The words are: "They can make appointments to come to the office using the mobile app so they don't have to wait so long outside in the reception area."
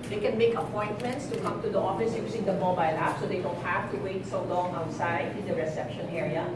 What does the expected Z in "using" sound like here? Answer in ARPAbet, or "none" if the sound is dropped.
S